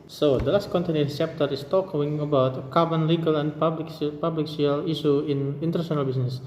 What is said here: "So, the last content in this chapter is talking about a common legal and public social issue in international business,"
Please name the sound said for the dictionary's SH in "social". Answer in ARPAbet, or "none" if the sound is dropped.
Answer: none